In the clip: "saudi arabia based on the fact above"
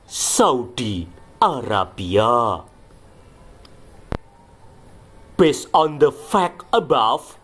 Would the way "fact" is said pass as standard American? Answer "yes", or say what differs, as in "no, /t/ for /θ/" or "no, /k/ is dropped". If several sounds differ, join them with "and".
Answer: no, /t/ is dropped